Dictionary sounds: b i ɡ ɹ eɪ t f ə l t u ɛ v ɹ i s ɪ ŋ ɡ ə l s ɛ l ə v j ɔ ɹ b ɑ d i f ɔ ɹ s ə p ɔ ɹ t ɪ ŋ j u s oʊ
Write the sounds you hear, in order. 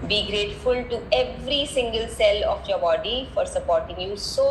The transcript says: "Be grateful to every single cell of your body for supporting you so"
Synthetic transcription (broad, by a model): b i ɡ ɹ eɪ t f ə l t u ɛ v ɹ i s ɪ ŋ ɡ ə l s ɛ l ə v j ɔ ɹ b ɑ d i f ɔ ɹ s ə p ɔ ɹ t ɪ ŋ j u s oʊ